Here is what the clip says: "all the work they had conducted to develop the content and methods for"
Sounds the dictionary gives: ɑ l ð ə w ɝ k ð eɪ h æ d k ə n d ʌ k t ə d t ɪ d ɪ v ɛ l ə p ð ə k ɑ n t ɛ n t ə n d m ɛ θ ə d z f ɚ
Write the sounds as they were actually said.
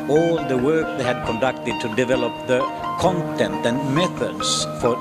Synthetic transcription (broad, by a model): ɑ l ð ə w ɝ k ð eɪ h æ d k ə n d ʌ k t ə d t ɪ d ɪ v ɛ l ə p ð ə k ɑ n t ɛ n t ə n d m ɛ θ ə d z f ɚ